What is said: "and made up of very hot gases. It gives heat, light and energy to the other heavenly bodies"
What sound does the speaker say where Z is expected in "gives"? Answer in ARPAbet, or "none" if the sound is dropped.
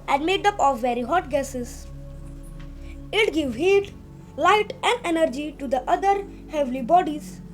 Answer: none